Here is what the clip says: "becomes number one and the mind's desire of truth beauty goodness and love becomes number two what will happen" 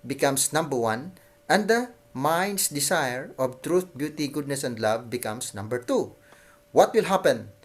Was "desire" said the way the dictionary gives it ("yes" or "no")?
no